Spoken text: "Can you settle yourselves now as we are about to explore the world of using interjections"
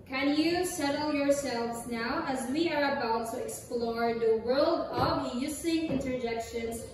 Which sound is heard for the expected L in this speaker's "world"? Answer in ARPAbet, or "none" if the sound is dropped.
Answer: L